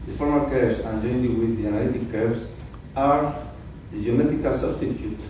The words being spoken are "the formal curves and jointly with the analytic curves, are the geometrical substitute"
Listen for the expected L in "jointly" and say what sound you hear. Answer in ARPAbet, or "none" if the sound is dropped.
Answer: none